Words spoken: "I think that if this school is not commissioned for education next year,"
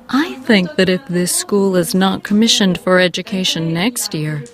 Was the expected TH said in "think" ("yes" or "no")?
yes